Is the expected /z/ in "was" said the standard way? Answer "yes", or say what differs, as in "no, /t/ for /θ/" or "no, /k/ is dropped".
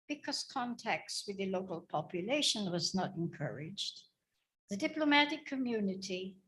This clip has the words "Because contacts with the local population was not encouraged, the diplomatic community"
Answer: yes